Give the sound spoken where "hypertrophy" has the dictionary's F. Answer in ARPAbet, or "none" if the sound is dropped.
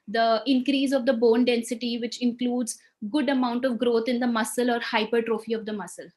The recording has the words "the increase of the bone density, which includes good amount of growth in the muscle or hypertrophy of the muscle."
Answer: F